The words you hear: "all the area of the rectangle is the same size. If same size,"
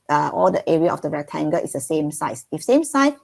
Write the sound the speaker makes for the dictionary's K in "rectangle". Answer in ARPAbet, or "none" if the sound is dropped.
none